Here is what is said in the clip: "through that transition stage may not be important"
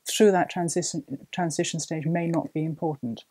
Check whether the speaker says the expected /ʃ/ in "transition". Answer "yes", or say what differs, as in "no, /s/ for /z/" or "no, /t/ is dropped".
yes